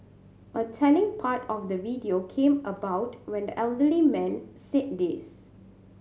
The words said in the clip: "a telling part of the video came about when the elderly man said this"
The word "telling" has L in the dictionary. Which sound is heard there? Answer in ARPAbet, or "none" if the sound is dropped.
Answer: N